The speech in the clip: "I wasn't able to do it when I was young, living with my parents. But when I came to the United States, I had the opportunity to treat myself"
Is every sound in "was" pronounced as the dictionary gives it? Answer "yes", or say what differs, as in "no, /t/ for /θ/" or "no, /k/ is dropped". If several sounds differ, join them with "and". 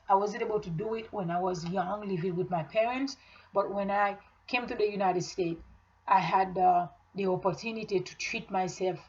yes